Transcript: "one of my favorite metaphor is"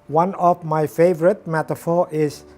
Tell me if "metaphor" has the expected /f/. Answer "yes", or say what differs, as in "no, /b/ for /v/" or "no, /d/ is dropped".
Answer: yes